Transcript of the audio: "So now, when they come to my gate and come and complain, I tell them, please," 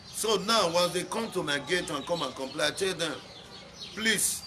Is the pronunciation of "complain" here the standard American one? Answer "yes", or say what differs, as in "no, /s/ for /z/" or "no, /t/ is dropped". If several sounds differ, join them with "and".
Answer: no, /n/ is dropped